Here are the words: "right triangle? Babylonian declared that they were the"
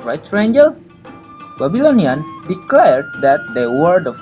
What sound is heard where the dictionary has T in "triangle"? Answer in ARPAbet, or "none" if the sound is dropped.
S